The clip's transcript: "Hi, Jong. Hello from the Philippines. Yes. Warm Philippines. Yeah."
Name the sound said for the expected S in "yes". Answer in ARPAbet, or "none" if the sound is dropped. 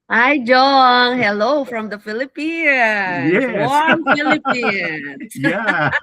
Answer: none